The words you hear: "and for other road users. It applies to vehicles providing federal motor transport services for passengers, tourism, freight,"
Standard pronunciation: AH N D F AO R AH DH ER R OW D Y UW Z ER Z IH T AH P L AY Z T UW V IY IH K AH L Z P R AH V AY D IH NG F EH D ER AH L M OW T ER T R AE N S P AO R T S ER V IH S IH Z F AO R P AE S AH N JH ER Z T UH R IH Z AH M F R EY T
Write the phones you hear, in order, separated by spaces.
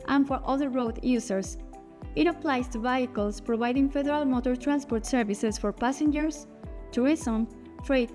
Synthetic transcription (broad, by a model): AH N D F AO R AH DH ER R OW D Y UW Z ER S IH T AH P L AY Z T UW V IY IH K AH L S P R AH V AY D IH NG F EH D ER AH L M OW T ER T R AE N S P AO R T S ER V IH S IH S F AO R P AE S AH N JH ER S T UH R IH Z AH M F R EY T